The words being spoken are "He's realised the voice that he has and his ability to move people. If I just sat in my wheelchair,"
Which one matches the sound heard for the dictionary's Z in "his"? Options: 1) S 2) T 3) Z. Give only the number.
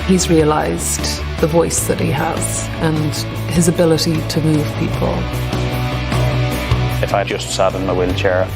3